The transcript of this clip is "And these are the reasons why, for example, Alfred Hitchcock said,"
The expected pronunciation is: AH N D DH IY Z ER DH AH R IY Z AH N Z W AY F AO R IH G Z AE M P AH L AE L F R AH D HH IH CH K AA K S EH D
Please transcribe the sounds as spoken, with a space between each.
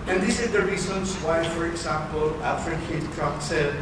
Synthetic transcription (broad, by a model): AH N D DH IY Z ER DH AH R IY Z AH N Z W AY F AO R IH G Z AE M P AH L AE F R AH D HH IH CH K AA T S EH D